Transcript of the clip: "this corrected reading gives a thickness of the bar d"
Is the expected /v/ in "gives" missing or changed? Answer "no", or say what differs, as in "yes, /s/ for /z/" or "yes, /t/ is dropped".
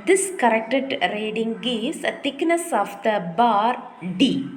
yes, /v/ is dropped